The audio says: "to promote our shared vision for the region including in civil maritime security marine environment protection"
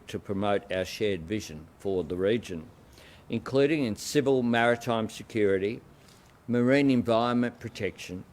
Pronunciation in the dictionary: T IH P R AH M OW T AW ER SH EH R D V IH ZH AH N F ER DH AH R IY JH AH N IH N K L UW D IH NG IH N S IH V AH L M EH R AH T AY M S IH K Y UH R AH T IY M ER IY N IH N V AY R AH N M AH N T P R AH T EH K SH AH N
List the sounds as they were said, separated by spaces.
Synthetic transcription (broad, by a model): T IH P R AH M OW T AW ER SH EH R D V IH ZH AH N F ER DH AH R IY JH AH N IH N K L UW D IH NG IH N S IH V AH L M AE R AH T AY M S IH K Y UH R AH T IY M ER IY N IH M V AY R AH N M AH N P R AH T EH K SH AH N